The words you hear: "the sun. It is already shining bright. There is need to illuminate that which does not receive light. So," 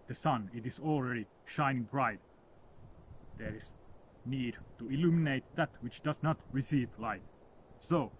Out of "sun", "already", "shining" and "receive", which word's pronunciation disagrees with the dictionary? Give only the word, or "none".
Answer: none